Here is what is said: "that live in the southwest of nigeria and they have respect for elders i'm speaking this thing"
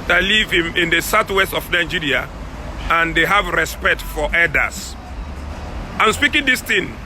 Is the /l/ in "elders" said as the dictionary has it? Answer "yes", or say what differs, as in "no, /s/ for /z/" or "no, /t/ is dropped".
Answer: no, /l/ is dropped